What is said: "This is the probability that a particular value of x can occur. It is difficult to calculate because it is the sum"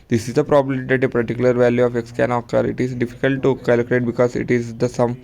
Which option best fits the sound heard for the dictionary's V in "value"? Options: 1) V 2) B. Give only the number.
1